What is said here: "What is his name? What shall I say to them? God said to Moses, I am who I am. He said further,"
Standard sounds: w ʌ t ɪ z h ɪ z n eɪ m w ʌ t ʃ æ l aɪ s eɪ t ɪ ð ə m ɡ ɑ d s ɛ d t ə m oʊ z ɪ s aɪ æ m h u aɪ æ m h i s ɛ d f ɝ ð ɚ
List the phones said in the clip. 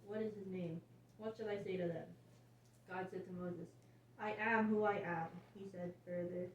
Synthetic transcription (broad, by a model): w ʌ t ɪ z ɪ z n eɪ m w ʌ t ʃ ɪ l aɪ s eɪ t ɪ ð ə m ɡ ɑ d s ɛ d t ə m oʊ z ɪ s aɪ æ m h u aɪ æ m h i s ɛ d f ɝ ð ɚ